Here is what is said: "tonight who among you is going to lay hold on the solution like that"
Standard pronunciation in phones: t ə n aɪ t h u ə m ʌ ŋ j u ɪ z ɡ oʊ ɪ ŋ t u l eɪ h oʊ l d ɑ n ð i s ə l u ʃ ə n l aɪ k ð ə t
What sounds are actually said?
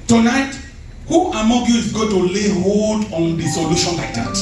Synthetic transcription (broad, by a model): t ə n aɪ t h u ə m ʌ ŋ j u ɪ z ɡ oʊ t u l eɪ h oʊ d ɑ n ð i s ə l u ʃ ə n l aɪ k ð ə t